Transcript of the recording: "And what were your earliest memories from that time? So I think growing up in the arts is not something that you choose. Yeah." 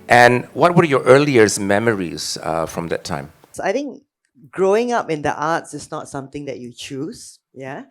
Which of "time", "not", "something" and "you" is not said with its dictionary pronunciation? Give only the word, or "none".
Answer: something